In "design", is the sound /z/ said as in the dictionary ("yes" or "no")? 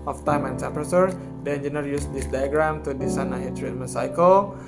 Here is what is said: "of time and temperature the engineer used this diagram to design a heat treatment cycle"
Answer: no